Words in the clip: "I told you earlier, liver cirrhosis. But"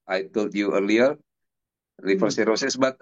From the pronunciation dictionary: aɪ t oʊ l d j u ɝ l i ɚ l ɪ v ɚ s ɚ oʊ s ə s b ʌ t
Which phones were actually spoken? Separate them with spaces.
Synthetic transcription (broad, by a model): aɪ t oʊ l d j u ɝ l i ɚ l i f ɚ s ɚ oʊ s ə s b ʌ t